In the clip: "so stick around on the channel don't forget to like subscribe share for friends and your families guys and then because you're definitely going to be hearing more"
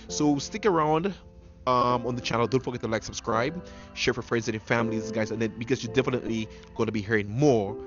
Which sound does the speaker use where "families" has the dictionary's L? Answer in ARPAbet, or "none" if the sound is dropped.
L